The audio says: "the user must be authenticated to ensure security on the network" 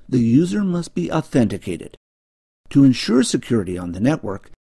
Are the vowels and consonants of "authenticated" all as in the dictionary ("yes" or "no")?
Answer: yes